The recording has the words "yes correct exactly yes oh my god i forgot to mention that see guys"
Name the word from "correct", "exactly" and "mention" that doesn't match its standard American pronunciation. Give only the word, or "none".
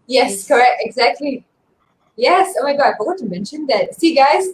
none